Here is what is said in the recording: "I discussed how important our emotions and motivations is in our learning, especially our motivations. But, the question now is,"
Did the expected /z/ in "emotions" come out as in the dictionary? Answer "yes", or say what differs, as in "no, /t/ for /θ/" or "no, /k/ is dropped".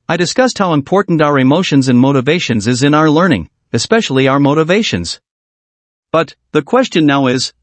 yes